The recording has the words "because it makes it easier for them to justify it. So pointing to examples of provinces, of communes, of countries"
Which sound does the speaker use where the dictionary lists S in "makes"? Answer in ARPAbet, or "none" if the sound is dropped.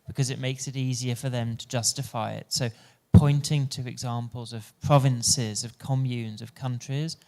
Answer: S